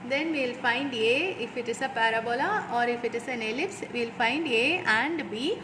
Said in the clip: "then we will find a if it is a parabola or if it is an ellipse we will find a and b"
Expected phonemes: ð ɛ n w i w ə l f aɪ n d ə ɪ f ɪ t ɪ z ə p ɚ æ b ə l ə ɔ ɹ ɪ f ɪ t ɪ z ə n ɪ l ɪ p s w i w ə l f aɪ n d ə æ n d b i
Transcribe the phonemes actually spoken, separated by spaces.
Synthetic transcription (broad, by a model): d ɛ n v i l f aɪ n d ə ɪ f ɪ t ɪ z ə p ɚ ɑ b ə l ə ɔ ɹ ɪ f ɪ t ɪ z ə n ɪ l ɪ p s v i l f aɪ n d ə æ n d b i